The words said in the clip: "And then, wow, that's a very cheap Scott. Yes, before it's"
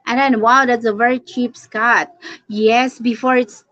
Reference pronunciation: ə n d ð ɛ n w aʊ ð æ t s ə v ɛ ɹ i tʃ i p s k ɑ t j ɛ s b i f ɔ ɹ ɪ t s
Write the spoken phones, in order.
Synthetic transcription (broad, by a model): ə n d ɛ n w aʊ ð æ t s ə v ɛ ɹ i tʃ i p s k ɑ t j ɛ s b i f ɔ ɹ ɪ t s